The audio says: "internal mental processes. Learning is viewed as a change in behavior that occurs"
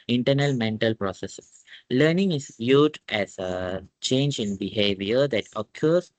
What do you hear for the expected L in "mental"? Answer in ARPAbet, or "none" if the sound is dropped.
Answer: L